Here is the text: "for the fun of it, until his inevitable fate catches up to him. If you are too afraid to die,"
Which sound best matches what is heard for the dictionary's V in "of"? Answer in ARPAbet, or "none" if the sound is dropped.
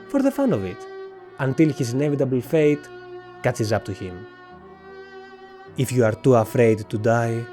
V